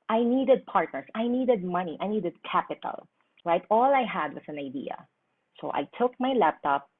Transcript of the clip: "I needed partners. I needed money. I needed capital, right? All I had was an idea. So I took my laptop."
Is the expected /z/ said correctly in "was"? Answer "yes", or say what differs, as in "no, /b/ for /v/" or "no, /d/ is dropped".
no, /s/ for /z/